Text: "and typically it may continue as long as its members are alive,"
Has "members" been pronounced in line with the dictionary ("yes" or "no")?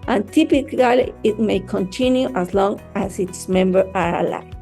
no